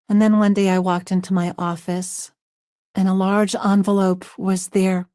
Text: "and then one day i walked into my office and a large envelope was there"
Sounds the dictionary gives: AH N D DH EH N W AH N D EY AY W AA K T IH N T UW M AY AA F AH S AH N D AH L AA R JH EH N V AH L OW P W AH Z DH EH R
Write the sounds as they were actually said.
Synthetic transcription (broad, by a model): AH N DH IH N W AH N D EY AY W AA K T IH N T UW M AY AA F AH S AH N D AH L AA R JH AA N V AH L OW P W AH Z DH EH R